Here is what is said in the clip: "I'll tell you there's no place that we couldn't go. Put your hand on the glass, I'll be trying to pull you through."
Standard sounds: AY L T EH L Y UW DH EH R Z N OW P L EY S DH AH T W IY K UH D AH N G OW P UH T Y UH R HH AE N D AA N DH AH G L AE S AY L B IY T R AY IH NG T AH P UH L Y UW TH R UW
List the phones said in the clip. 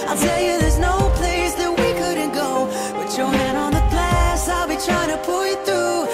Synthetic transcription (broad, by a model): AY L T EH L Y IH DH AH R Z N OW P L EY S DH AH T W IY K UH D N G OW B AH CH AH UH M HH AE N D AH N DH AH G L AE S AY L B IY T R AY IH NG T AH P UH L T TH R UW